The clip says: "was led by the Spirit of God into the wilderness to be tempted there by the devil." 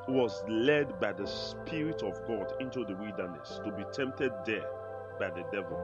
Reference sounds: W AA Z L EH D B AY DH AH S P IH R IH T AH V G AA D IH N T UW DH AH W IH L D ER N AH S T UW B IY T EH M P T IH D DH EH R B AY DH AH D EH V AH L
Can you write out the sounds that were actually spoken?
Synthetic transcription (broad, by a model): W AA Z L EH D B AY DH AH S P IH R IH T AH V G AA D IH N T UW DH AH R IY D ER N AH S T UW B IY T EH M P T IH D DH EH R B AY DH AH D EH V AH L